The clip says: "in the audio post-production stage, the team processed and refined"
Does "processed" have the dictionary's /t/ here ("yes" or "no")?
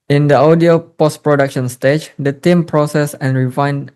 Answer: no